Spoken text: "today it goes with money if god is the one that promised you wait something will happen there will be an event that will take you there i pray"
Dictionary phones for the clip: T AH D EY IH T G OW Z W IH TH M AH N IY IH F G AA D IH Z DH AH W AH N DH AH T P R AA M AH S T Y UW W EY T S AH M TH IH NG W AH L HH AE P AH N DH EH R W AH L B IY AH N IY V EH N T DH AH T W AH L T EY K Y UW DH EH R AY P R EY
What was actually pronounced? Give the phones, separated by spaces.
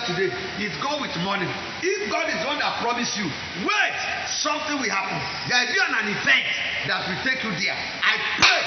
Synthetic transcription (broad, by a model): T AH D EY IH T G OW W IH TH M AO N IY IH F G AA D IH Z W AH N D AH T P R AA M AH S Y UW W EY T S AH M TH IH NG W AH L HH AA P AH N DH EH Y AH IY AH N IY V EH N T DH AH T W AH T EY K Y UW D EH AY P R EY